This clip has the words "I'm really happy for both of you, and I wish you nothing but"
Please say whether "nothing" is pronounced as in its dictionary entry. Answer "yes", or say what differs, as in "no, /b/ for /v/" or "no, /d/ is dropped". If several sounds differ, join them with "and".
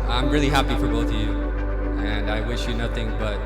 yes